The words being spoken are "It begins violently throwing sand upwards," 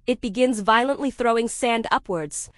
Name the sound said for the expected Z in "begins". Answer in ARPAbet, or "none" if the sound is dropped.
Z